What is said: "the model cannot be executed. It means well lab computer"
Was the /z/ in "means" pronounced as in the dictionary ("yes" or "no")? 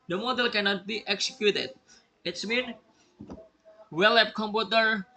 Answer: no